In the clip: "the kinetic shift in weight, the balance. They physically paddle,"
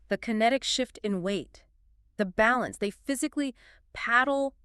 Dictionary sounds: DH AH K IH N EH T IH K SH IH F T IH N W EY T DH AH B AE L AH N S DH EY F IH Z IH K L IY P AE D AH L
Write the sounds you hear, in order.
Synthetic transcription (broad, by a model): DH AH K IH N EH T IH K SH IH F T IH N W EY T DH AH B AE L AH N S DH EY F IH Z IH K L IY P AE D L